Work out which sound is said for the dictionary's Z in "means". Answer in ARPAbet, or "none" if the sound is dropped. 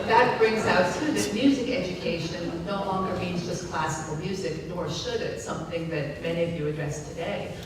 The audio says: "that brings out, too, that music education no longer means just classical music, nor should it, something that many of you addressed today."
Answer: Z